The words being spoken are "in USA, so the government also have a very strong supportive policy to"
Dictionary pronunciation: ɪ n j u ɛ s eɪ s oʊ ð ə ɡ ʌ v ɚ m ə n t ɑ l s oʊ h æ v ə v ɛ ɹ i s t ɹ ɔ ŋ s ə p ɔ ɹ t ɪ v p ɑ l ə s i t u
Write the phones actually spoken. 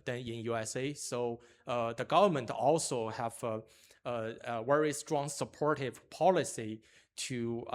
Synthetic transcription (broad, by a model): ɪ n j u ɛ s eɪ s oʊ ð ə ɡ ʌ v ɚ m ə n t ɑ l s oʊ h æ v ə w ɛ ɹ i s t ɹ ɔ ŋ s ə p ɔ ɹ t ɪ v p ɑ l ə s i t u